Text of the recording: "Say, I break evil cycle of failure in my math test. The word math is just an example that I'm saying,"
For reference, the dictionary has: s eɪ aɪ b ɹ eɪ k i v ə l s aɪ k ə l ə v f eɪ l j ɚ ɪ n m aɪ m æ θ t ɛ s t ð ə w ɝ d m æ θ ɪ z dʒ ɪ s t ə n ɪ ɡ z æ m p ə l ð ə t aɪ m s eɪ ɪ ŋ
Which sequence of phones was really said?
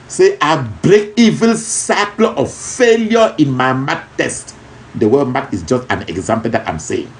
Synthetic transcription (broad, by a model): s eɪ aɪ b ɹ eɪ k i v ə l s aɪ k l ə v f eɪ l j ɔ ɪ n m aɪ m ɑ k t ɛ s t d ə w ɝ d m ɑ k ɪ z dʒ ɪ s t ə n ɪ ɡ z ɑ m p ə l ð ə t aɪ m s eɪ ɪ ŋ